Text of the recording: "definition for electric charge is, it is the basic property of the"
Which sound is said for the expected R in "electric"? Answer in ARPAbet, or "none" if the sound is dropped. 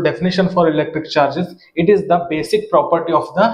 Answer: R